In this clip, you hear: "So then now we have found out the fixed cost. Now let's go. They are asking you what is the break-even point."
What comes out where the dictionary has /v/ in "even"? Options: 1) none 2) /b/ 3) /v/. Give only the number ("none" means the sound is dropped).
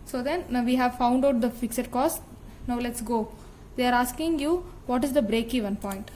3